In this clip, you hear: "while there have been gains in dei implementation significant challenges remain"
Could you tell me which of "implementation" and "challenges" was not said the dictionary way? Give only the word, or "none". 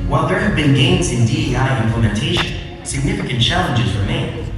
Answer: none